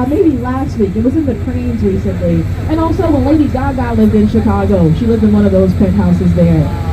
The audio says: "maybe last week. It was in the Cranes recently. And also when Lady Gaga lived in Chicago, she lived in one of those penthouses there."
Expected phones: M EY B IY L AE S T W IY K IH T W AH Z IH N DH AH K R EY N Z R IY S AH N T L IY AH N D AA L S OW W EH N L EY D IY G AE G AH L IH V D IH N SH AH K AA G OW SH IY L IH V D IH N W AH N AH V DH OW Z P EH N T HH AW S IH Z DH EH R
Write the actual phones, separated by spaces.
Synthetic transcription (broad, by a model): M EY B IY L AE S T W IY K IH T W AH Z IH N DH AH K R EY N Z R IY S AH N T L IY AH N AA L S OW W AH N L EY D IY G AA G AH L IH V D IH N SH AH K AA G OW SH IY L IH V D IH N W AH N AH V DH OW Z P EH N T HH AW S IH Z DH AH R